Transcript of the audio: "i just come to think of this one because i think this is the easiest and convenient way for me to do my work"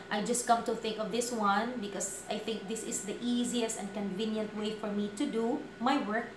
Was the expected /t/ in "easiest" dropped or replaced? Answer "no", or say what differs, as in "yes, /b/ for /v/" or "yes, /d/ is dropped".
no